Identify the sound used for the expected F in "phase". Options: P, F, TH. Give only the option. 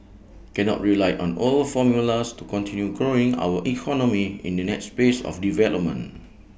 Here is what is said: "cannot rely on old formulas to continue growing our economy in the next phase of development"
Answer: P